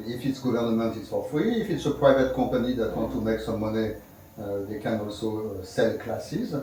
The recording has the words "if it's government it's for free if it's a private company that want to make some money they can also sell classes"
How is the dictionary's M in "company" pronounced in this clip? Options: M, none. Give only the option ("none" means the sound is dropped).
none